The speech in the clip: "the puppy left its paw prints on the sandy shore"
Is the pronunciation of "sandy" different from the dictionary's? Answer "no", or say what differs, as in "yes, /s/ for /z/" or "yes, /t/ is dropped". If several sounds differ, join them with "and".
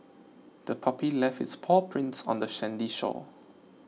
yes, /ʃ/ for /s/